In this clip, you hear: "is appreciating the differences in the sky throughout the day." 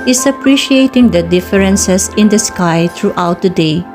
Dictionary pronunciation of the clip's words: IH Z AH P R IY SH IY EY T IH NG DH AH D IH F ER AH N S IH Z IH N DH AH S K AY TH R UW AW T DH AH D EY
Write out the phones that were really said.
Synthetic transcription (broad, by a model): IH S AH P R IY SH IY EY T IH NG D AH D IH F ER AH N S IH S IH N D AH S K AY T R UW AW T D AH D EY